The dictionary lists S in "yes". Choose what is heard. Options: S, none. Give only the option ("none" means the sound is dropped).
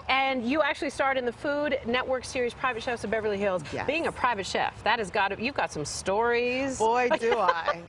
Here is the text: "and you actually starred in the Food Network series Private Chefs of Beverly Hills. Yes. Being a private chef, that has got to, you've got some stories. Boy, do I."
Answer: none